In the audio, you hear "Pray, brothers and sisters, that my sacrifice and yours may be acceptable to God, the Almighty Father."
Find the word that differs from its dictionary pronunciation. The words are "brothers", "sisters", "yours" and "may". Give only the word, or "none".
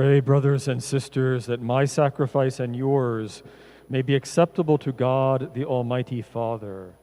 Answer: none